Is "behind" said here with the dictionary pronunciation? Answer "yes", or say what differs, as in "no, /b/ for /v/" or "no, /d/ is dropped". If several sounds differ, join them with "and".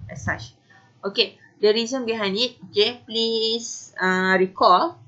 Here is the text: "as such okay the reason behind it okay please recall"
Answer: no, /d/ is dropped